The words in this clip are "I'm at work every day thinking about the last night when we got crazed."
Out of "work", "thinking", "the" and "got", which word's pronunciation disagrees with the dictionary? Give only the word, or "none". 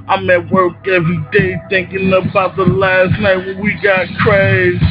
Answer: none